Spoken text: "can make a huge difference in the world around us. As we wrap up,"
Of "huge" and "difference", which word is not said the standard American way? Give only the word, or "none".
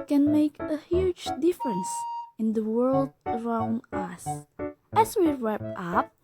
none